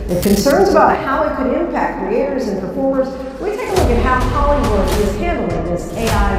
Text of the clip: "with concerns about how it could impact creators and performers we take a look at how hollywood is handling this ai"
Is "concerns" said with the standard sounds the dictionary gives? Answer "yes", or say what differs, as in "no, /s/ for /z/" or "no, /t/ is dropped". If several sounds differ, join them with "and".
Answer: yes